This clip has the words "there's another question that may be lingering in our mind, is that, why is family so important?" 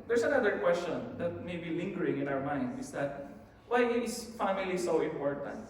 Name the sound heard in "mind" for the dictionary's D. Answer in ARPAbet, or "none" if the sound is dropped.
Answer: D